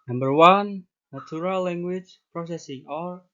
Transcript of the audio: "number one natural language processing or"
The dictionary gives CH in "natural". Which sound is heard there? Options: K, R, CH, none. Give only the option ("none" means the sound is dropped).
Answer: none